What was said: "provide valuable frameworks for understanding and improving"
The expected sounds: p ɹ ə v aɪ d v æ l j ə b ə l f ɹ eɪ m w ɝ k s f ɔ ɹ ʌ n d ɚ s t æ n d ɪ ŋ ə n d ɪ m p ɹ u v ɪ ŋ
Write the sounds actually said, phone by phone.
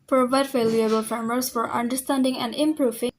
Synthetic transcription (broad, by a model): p ɹ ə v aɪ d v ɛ l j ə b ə l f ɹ m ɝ s f ɔ ɹ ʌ n d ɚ s t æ n d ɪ ŋ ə n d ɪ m p ɹ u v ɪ